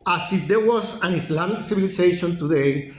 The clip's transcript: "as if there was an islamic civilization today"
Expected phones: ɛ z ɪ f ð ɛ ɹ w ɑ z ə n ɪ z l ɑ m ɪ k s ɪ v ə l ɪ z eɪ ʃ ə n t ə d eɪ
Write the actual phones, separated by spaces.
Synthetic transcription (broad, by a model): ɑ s ɪ f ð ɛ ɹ w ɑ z ə n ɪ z l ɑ m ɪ k s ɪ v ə l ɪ s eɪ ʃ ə n t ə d eɪ